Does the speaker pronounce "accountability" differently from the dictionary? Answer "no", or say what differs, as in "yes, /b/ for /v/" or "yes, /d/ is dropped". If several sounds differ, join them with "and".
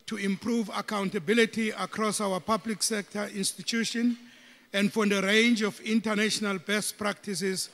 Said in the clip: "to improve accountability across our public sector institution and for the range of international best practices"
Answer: no